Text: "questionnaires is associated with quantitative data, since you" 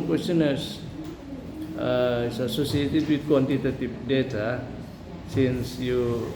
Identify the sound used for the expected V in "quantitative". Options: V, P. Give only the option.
P